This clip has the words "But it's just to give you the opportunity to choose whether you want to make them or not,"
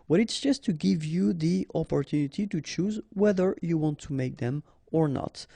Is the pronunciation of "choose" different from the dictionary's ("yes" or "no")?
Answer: no